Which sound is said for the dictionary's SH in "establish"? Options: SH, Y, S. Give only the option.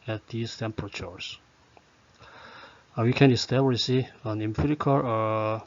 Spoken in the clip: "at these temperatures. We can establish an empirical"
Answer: S